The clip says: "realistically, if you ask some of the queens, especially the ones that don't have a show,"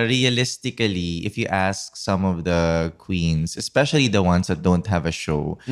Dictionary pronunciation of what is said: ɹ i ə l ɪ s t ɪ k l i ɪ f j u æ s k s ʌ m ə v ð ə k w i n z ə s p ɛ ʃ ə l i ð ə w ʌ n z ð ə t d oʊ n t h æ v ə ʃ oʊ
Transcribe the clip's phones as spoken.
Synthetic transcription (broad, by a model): ɹ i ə l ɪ s t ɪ k l i ɪ f j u æ s k s ʌ m ə v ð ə k w i n s ə s p ɛ ʃ ə l i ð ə w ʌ n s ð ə t d oʊ n t h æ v ə ʃ oʊ